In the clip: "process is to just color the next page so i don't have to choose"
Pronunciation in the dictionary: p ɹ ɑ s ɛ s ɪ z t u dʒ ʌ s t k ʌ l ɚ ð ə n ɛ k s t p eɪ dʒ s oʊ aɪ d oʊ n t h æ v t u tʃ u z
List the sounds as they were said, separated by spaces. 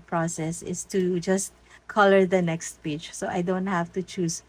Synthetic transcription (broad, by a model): p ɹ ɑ s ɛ s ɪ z t u dʒ ʌ s t k ʌ l ɚ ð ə n ɛ k s t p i tʃ s oʊ aɪ d oʊ n t h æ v t u tʃ u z